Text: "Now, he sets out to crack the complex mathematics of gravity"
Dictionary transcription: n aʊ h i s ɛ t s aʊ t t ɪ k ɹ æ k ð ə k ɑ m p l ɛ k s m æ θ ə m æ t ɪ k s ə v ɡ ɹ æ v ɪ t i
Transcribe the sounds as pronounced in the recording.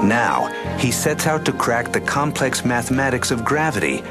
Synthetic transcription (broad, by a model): n aʊ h i s ɛ t s aʊ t t ɪ k ɹ æ k ð ə k ɑ m p l ɛ k s m æ θ ə m æ t ɪ k s ə v ɡ ɹ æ v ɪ t i